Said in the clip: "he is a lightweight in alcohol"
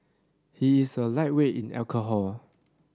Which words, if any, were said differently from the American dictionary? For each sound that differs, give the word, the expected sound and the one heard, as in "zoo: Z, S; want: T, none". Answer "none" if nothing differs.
is: Z, S